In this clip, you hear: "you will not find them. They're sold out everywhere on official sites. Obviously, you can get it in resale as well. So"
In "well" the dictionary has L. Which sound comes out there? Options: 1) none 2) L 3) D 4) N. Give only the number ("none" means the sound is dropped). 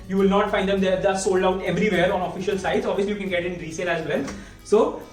4